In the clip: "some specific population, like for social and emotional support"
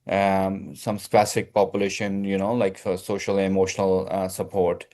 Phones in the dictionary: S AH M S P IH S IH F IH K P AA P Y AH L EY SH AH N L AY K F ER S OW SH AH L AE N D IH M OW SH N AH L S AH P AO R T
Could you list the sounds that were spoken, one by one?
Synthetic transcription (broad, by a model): S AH M S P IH S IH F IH K P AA P Y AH L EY SH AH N L AY K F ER S OW SH AH L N IH M OW SH N AH L S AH P AO R T